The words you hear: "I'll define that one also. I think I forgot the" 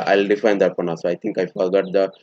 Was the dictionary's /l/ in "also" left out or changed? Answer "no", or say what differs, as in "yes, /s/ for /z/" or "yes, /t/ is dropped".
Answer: yes, /l/ is dropped